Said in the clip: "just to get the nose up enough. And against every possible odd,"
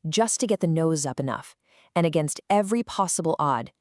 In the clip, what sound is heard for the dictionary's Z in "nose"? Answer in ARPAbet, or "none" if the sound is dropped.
Z